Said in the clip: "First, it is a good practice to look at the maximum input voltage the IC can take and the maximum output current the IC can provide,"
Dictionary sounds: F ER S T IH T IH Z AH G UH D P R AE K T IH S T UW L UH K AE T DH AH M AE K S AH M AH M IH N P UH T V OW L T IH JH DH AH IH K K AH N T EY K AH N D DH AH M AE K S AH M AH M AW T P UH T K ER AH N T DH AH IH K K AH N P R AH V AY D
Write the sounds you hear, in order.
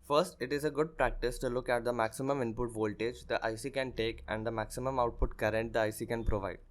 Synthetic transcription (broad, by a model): F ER S T IH T IH Z AH G UH D P R AE K T IH S T UW L UH K AE T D AH M AE K S AH M AH M IH N P UH T V OW L T IH JH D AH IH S K AH N T EY K AH N D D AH M AE K S AH M AH M AW T P UH T K ER AH N T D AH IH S K AH N P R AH V AY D